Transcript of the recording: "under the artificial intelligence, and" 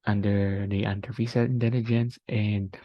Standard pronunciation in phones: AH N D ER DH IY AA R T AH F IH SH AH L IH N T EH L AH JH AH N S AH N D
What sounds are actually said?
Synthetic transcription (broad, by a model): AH N D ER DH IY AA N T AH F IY S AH IH N T EH L AH JH AH N S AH N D